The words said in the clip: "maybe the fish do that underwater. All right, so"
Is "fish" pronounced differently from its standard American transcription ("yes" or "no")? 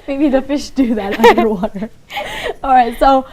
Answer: no